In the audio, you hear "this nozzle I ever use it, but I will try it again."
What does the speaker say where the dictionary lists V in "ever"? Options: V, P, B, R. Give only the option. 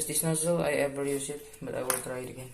B